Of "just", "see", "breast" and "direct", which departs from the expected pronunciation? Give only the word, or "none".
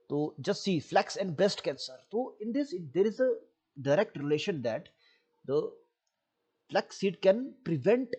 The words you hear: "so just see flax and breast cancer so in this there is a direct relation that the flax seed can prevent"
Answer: breast